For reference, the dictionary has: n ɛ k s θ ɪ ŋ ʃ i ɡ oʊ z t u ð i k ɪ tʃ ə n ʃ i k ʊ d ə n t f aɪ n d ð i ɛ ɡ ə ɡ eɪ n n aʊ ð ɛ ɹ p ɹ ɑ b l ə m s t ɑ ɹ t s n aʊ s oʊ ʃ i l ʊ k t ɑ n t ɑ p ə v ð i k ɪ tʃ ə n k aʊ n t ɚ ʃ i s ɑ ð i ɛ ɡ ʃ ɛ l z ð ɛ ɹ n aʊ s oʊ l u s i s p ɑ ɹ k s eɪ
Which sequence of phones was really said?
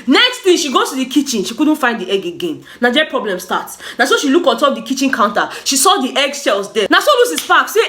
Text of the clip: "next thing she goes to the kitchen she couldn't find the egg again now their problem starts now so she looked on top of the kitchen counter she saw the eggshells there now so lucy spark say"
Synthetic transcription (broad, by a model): n ɛ k s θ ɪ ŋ ʃ i ɡ oʊ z t u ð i k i tʃ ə n ʃ i k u d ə n t f aɪ n d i ɛ ɡ ə ɡ eɪ n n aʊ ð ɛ p ɹ ɑ b l ə m s t ɑ t s n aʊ s oʊ ʃ i l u k ɑ n t ɑ p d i k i tʃ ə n k aʊ n t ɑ ʃ i s ɑ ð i ɛ ɡ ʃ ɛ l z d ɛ n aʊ s oʊ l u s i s f ɑ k s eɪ